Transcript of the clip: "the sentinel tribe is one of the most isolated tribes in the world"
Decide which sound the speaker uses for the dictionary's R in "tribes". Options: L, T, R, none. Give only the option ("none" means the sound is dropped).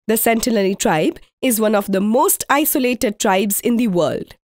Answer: R